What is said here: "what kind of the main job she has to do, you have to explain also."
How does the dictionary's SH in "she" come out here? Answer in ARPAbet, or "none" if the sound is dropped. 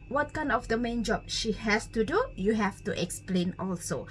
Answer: SH